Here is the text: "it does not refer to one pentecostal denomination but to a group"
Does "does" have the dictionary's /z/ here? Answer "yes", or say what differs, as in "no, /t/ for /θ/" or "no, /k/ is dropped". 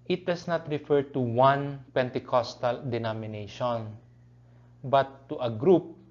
no, /s/ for /z/